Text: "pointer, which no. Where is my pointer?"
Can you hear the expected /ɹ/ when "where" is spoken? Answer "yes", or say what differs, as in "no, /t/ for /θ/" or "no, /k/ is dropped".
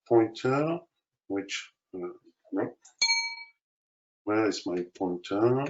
no, /l/ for /ɹ/